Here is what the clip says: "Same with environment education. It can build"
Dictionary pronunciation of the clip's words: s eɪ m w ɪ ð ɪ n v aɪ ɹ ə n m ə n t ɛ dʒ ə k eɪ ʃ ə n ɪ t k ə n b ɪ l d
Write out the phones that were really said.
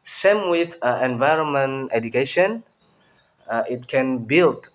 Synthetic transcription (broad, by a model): s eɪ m w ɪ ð ɪ n v aɪ ɹ ə n m ə n t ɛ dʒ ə k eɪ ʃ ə n ɪ t k ə n b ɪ l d